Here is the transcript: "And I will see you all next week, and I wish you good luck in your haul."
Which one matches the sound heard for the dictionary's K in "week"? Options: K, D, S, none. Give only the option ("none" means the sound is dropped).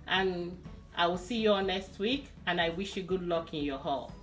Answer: K